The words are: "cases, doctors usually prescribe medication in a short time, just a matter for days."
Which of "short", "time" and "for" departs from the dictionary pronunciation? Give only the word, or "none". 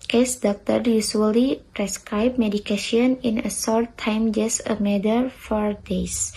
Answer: short